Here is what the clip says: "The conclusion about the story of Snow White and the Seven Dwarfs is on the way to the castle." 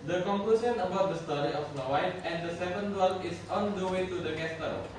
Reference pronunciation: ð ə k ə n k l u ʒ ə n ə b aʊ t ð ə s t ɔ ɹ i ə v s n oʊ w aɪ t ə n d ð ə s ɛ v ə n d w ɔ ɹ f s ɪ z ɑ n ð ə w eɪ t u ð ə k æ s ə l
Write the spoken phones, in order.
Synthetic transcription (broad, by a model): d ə k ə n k l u s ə n ə b aʊ t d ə s t ɔ ɹ i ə f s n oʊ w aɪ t ə n d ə s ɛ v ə n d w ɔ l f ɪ s ɑ n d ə w eɪ t u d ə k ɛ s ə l